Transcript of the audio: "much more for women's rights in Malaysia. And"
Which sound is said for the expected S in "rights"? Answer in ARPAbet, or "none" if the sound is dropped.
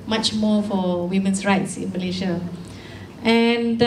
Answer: S